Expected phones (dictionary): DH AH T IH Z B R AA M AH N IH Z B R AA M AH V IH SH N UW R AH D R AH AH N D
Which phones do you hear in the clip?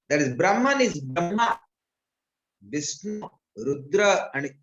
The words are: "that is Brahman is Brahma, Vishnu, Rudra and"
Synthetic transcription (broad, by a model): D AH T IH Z B R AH M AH N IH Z B R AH M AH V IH S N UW R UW D R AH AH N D